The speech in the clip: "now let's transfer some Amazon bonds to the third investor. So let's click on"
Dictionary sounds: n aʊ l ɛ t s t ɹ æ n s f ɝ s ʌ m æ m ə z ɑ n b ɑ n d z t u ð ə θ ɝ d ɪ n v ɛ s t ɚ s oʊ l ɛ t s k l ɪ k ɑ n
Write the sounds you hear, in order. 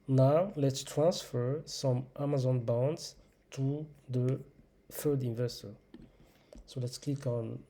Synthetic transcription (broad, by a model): n aʊ l ɛ t s t ɹ æ n s f ɝ s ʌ m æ m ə z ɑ n b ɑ n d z t u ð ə f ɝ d ɪ n v ɛ s t ɚ s oʊ l ɛ t s k l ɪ k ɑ n